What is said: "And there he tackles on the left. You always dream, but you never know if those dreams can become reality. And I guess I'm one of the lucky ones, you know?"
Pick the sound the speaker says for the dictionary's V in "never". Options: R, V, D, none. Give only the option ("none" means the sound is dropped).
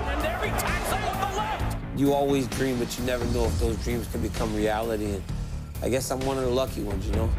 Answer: V